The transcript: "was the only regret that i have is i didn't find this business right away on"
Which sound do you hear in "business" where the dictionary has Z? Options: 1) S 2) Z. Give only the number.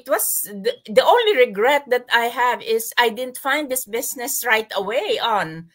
1